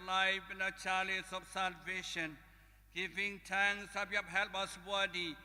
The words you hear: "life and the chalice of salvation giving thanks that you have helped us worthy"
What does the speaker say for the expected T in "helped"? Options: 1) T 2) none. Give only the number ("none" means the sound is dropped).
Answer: 2